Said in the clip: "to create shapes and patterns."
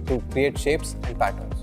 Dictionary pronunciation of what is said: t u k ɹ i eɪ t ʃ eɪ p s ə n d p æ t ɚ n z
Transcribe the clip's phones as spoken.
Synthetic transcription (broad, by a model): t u k ɹ i eɪ t ʃ eɪ p s ə n d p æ t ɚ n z